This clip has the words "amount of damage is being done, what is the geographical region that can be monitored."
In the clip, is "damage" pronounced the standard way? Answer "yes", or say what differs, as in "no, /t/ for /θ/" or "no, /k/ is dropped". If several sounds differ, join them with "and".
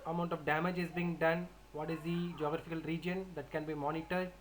yes